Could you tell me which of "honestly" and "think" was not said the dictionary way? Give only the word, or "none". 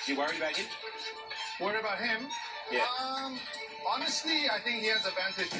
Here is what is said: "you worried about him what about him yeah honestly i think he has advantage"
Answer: none